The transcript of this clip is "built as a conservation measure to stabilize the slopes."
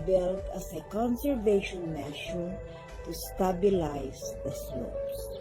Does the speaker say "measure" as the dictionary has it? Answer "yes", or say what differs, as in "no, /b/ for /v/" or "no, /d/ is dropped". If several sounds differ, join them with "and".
no, /ʃ/ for /ʒ/